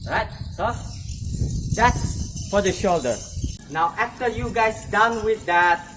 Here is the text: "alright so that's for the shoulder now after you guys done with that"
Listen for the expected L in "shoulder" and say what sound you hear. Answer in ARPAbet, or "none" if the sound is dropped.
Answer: L